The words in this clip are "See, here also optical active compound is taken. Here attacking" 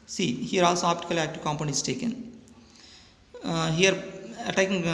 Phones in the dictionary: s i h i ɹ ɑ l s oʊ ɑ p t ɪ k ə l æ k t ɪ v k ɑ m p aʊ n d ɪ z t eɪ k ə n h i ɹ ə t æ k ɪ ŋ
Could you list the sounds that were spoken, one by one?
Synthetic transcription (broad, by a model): s i h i ɹ ɑ l s oʊ ɑ p t ɪ k ə l æ k t ɪ v k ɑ m p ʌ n ɪ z t eɪ k ə n h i ɹ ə t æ k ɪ ŋ